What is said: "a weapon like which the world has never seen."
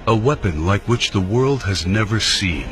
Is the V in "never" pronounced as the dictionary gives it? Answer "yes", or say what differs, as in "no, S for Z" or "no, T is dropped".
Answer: yes